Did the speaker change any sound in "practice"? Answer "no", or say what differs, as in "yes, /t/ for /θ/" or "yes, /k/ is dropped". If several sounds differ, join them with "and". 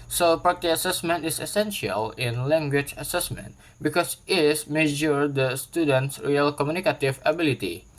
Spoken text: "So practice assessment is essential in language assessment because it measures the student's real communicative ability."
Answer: yes, /ɹ/ is dropped and /k/ is dropped and /s/ is dropped